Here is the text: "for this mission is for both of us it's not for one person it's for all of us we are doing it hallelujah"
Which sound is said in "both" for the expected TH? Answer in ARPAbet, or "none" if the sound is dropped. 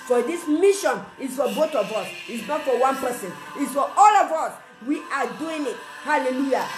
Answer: T